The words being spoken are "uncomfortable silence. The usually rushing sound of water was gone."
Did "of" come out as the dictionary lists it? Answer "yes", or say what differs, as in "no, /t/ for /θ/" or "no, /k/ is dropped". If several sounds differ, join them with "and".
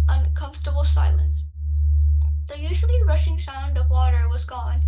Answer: yes